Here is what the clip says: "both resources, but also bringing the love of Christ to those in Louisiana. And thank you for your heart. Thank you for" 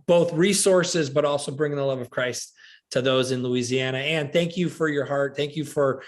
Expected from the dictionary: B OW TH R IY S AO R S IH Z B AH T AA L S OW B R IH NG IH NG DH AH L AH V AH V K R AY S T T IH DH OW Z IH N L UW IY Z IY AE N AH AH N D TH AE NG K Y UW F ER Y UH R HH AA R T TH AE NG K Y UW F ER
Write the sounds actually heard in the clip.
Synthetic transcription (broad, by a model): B OW TH R IY S AO R S IH Z B AH T AA L S OW B R IH NG IH NG DH AH L AH V AH V K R AY S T T IH DH OW Z IH N L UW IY Z IY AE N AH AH N TH AE NG K Y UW F ER Y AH R HH AA R T TH AE NG K Y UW F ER